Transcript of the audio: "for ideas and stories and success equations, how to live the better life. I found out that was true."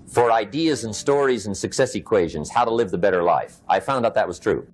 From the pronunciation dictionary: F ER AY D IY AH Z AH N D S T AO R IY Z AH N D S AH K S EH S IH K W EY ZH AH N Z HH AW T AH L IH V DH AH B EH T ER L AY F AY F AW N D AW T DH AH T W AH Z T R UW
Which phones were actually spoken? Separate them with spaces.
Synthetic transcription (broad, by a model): F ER AY D IY AH Z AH N S T AO R IY Z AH N S AH K S EH S IH K W EY ZH AH N Z HH AW T AH L IH V DH AH B EH T ER L AY F AY F AW N D AW T DH AH T W AH Z T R UW